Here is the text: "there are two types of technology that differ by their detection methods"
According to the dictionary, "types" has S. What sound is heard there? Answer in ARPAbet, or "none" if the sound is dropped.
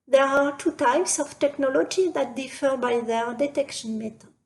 S